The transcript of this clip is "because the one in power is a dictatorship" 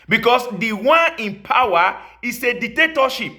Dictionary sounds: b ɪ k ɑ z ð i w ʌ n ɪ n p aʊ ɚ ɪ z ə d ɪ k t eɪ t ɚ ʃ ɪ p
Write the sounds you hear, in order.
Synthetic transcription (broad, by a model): b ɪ k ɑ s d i w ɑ n ɪ n p aʊ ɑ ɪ s ə d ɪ k t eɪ t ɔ ʃ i p